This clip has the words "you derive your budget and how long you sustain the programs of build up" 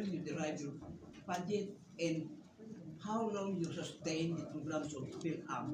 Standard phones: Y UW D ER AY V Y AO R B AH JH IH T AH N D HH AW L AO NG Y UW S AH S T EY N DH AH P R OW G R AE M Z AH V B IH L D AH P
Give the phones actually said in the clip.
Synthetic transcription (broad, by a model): Y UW D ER AY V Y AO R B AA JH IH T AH N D HH AW L AO NG Y UW S AH S T EY N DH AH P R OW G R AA M S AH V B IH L AA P